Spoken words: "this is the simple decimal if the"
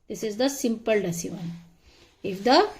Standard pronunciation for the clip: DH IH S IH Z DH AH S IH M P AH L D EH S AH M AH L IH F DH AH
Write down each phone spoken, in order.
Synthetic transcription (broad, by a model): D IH S IH Z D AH S IH M P AH L D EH S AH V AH N IH F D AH